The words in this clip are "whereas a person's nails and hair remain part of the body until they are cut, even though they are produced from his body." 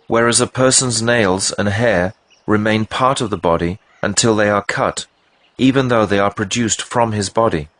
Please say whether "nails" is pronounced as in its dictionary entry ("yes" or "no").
yes